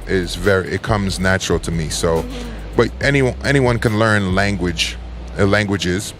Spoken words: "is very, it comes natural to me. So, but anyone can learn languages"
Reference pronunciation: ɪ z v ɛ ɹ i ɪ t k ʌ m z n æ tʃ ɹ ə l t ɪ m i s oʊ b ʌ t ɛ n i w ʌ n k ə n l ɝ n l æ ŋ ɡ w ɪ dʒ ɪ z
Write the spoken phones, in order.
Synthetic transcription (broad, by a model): ɪ z v ɛ ɹ i ɪ t k ʌ m z n æ tʃ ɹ l t ɪ m i s oʊ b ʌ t ɛ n i w ʌ n k ə n l ɝ n l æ ŋ ɡ w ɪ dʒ ɪ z